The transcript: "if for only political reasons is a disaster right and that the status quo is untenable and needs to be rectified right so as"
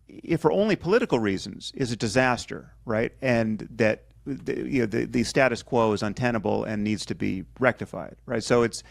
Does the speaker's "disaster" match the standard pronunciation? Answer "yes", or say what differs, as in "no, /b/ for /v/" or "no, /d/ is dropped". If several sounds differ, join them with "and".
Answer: yes